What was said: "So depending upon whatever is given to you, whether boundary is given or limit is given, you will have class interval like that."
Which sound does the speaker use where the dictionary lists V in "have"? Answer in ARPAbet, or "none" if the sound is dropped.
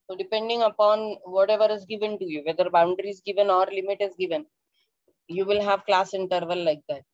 V